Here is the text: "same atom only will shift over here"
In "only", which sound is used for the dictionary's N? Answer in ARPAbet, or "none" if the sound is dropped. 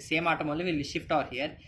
none